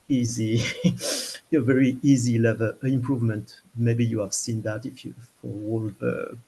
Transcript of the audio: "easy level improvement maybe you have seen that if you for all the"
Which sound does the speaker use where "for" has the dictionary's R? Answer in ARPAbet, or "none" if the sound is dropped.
W